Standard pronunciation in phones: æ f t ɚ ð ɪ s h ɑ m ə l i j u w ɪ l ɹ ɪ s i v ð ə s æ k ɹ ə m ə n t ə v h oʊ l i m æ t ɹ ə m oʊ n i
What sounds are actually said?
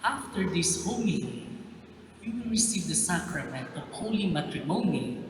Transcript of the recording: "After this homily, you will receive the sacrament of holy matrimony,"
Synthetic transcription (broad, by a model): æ f t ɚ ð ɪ s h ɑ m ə w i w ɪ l ɹ ɪ s i v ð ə s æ k ɹ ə m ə n t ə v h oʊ l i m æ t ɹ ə m oʊ n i